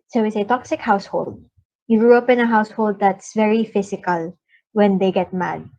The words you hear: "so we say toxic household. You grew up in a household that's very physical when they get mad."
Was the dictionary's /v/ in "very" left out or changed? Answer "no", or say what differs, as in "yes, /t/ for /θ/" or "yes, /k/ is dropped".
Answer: no